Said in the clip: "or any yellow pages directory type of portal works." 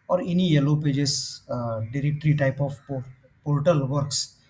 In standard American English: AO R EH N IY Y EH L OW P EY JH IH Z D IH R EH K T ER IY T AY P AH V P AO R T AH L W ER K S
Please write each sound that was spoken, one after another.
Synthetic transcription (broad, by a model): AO R EH N IY Y EH L OW P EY JH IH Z D IH R EH K T ER IY T AY P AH P P AO R T AH L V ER K S